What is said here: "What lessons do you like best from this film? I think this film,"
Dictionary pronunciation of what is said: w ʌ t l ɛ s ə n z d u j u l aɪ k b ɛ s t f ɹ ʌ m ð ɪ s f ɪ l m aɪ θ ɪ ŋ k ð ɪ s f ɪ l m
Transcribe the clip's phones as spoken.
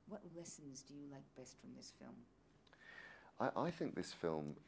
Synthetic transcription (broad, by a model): w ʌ t l ɛ s ə n z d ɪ j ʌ l aɪ k b ɛ s t f ɹ ʌ m ð ɪ s f ɪ l m aɪ θ ɪ ŋ k ð ɪ s f ɪ l m